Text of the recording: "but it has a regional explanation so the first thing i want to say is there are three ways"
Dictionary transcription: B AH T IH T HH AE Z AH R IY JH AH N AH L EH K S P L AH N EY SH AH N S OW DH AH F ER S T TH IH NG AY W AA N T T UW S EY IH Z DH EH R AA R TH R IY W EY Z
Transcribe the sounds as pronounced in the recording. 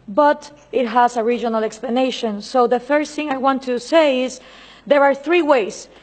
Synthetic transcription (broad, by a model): B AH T IH T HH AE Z AH R IY JH AH N AH L EH K S P L AH N EY SH AH N S OW DH AH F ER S TH IH NG AY W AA N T T UW S EY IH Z DH EH R AA R TH R IY W EY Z